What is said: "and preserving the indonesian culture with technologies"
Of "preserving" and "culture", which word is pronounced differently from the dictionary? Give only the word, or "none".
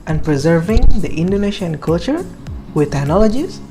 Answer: none